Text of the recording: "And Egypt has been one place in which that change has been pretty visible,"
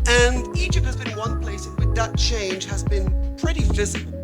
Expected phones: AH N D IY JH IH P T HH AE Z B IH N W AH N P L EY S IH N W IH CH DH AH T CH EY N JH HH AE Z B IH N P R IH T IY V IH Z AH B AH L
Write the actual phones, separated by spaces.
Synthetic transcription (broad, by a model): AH N IY JH IH P T HH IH Z B IH N W AH N P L EY IH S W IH DH AH T CH EY N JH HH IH Z B IH N P R IH T IY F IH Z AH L